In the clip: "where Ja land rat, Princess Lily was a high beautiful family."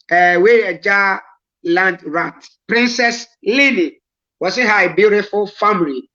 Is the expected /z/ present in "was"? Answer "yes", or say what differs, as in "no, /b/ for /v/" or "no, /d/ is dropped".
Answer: no, /s/ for /z/